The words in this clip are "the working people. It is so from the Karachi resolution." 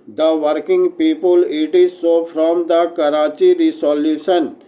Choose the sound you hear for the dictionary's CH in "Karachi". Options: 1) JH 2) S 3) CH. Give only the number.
3